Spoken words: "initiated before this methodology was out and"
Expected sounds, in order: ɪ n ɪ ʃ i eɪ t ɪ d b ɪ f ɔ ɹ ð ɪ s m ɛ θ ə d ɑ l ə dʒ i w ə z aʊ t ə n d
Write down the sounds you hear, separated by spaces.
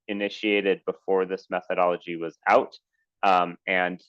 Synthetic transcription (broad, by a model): ɪ n ɪ ʃ i eɪ t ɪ d b ɪ f ɔ ɹ ð ɪ s m ɛ θ ə d ɑ l ə dʒ i w ə z aʊ t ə n